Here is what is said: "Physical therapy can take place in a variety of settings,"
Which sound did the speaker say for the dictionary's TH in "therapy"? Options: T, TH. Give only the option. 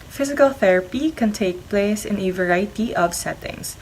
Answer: TH